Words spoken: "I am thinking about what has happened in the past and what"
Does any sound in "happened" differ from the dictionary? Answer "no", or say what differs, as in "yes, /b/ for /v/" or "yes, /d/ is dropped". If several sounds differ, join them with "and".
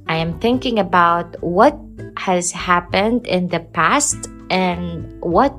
no